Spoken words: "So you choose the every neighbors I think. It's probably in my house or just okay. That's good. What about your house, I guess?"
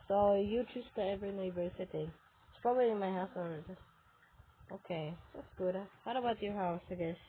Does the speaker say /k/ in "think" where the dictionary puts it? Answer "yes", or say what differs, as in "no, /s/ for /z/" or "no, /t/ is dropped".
no, /k/ is dropped